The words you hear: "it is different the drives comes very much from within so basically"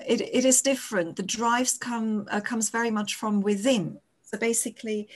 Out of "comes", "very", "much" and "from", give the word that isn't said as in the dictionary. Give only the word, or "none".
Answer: none